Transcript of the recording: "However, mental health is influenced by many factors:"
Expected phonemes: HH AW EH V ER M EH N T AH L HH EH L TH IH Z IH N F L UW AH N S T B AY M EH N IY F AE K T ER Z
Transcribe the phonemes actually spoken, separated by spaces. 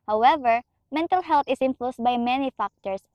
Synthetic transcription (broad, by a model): HH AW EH V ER M EH N T AH L HH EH L T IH S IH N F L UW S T B AY M EH N IY F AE K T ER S